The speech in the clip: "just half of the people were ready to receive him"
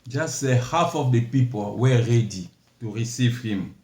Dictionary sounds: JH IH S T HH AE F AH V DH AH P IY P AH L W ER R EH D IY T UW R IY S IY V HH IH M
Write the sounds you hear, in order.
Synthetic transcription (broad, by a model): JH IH S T HH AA F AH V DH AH P IY P AH L W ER R EH D IY T UW R IY S IY V HH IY M